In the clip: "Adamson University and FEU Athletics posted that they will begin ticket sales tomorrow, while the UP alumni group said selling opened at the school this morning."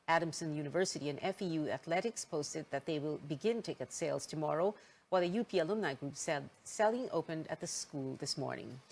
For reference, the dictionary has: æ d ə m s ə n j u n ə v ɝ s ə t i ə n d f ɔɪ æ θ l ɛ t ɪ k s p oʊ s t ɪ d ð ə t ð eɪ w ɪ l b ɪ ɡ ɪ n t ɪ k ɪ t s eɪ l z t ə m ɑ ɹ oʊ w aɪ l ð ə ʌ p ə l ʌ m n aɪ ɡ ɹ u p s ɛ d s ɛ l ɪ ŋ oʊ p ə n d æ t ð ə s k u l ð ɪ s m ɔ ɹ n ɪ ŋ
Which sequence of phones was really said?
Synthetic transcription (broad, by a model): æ d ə m s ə n j u n ə v ɝ s ə t i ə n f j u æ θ l ɛ t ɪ k s p oʊ s t ɪ d ð ə t ð eɪ w ɪ l b ɪ ɡ ɪ n t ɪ k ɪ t s eɪ l z t ə m ɑ ɹ oʊ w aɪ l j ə p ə l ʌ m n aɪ ɡ ɹ u p s ɛ d s ɛ l ɪ ŋ oʊ p ə n d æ t ð ə s k u l ð ɪ s m ɔ ɹ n ɪ ŋ